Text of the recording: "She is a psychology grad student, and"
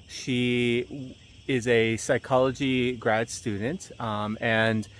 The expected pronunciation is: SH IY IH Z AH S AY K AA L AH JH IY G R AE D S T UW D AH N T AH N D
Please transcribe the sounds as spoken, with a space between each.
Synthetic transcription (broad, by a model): SH IY IH Z AH S AY K AA L AH JH IY G R AE D S T UW D N T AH N